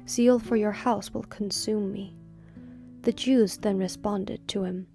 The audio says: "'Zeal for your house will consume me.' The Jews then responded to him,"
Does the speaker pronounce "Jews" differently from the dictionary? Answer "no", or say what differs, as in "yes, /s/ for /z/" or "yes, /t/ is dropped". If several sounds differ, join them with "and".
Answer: no